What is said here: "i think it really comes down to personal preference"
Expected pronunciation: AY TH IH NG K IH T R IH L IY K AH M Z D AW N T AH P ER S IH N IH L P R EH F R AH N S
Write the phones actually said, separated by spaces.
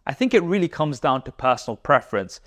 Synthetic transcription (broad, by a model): AY TH IH NG K IH T R IH L IY K AH M Z D AW N T AH P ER S N L P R EH F R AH N S